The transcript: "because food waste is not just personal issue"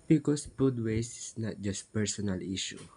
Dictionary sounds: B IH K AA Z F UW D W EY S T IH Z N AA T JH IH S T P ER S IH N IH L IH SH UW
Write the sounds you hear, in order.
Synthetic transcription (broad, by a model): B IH K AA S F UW D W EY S IH S N AA T JH IH S T P ER S IH N IH L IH SH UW